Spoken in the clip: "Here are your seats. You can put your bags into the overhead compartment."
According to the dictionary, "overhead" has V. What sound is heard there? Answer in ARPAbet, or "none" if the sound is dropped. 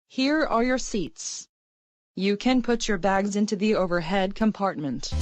V